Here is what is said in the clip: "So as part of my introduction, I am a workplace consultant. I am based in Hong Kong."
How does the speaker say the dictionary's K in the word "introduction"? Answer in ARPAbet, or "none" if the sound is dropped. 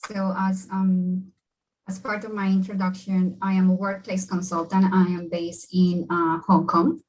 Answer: K